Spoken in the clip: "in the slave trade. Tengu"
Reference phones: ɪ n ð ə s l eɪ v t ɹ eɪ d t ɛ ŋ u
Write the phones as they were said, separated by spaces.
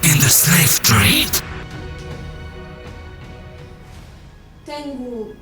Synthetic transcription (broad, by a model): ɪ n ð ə s eɪ f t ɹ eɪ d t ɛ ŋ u